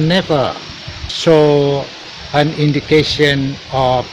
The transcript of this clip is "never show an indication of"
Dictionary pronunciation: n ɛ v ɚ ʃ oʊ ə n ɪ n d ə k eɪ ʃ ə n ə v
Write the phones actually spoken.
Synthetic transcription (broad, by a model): n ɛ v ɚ s oʊ ə n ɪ n d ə k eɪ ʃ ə n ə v